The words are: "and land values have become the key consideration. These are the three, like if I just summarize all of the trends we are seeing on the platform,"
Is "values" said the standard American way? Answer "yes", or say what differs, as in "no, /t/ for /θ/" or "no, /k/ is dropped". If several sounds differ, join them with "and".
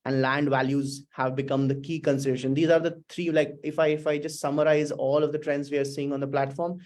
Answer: yes